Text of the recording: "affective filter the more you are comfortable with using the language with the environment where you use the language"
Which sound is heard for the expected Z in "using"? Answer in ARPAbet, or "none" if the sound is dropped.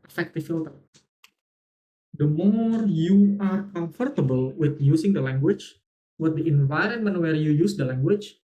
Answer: S